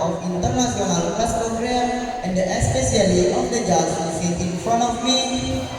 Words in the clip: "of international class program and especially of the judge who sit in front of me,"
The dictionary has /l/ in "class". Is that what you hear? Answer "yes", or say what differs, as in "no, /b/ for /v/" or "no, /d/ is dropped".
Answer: no, /l/ is dropped